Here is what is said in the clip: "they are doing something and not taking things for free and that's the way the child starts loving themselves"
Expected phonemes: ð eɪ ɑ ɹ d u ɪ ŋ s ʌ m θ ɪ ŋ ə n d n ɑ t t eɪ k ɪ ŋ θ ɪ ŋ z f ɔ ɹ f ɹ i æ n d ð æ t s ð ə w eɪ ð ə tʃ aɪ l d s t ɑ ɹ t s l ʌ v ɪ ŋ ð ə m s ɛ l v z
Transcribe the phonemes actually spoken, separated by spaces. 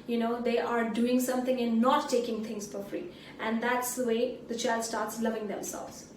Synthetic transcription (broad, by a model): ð eɪ ɑ ɹ d u ɪ ŋ s ʌ m t ɪ ŋ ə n n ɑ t t eɪ k ɪ ŋ t ɪ ŋ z f ɔ ɹ f ɹ i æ n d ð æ t s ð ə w eɪ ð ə tʃ aɪ l d s t ɑ ɹ t s l ʌ v ɪ ŋ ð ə m s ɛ l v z